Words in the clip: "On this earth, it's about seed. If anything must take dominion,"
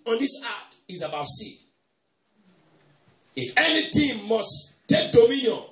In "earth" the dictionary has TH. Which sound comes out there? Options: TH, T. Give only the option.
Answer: T